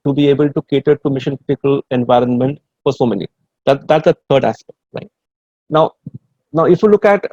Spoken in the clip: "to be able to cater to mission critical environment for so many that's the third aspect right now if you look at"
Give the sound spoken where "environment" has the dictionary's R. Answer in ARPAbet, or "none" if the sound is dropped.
R